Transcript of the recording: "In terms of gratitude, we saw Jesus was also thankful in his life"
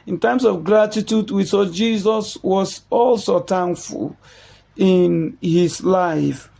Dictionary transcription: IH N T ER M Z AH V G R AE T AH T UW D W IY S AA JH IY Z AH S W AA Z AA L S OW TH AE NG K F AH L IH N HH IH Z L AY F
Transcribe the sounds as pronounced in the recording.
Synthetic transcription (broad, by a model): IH N T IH M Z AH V G R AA T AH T UW D W IY S AA JH IY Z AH S W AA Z AA L S OW T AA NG F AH L IH N HH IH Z L AY F